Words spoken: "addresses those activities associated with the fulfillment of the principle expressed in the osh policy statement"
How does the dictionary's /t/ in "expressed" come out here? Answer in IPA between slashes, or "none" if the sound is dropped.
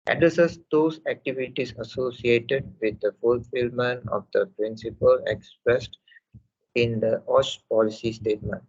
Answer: /t/